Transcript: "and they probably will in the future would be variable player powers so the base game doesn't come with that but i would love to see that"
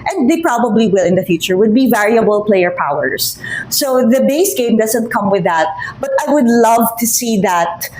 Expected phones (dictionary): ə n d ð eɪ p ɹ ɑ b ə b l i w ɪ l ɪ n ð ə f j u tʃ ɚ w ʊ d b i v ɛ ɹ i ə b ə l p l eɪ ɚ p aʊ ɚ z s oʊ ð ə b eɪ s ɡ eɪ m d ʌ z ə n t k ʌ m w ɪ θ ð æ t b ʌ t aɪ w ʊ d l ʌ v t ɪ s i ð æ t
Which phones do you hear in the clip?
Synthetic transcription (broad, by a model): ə n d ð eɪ p ɹ ɑ b ə b l i w ɪ l ɪ n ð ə f j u tʃ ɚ w ʊ d b i v ɛ ɹ i ə b ə l p l eɪ ɚ p aʊ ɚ s oʊ ð ə b eɪ s ɡ eɪ m d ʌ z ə n t k ʌ m w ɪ ð æ t b ʌ t aɪ w ʊ d l ʌ v t ɪ s i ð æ t